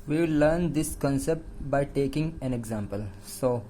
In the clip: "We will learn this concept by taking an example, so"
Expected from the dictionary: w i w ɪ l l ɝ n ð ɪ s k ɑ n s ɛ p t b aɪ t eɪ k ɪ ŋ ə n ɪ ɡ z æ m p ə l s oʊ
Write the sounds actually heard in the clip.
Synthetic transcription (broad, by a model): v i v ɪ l l ɝ n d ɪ s k ɑ n s ɛ p t b aɪ t eɪ k ɪ ŋ ə n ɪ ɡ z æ m p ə l s oʊ